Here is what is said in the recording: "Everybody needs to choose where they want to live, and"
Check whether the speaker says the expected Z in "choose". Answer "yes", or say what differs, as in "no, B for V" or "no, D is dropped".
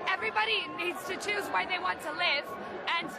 yes